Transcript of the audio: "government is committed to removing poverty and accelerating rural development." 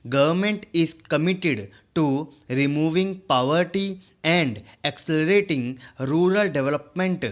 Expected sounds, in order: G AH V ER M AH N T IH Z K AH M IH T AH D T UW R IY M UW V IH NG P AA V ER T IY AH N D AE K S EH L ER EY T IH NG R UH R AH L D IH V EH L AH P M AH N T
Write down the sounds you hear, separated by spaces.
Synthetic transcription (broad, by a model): G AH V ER M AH N T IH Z K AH M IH T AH D T UW R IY M UW V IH NG P AA V ER T IY AH N D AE K S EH L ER EY T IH NG R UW R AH L D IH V L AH P M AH N T